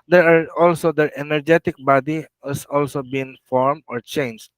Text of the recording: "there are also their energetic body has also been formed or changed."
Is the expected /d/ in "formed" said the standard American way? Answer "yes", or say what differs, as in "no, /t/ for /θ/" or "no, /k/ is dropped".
no, /d/ is dropped